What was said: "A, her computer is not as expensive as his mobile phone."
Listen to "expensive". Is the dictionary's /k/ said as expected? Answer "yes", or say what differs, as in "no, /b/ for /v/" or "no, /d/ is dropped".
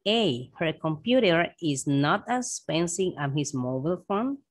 no, /k/ is dropped